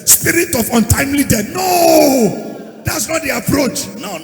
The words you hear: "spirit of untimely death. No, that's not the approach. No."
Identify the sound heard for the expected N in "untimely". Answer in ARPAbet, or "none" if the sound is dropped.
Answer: N